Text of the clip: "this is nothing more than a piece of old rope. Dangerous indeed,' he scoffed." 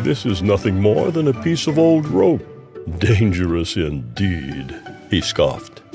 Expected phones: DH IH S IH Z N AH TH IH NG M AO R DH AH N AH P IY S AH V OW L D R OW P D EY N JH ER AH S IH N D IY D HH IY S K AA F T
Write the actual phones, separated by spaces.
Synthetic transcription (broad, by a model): DH IH S IH Z N AH TH IH NG M AO R DH AH N AH P IY S AH V OW L D R OW P D EY N JH ER AH S IH N D IY D HH IY S K AA F T